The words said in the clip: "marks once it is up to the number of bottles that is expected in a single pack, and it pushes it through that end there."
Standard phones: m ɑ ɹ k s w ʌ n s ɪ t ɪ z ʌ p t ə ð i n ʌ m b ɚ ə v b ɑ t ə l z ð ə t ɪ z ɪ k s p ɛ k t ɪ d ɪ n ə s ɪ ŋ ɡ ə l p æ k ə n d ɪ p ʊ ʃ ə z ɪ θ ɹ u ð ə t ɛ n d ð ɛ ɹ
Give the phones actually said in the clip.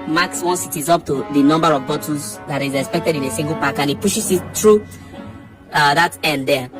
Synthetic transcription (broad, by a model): m ɑ k s w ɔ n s ɪ t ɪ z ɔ p t ə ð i n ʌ m b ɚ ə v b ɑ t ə z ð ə t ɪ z ɪ k s p ɛ k t ɪ d ɪ n ə s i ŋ ɡ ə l p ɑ k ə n ɪ p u ʃ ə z ɪ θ ɹ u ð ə t ɛ n d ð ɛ